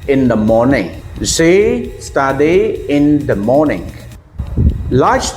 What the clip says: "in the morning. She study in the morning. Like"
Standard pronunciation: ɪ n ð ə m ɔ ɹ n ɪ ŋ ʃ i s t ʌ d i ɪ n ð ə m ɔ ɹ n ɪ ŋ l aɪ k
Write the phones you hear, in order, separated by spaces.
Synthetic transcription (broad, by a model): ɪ n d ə m ɔ ɹ n ɪ ŋ s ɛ s t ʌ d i ɪ n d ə m ɔ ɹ n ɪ ŋ l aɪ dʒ